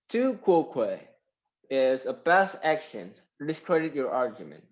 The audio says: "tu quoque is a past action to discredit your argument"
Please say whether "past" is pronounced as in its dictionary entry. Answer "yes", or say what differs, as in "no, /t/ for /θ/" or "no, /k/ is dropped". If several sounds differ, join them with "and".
no, /b/ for /p/